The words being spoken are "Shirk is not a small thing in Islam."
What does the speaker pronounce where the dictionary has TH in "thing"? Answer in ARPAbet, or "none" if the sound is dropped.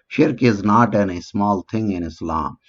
T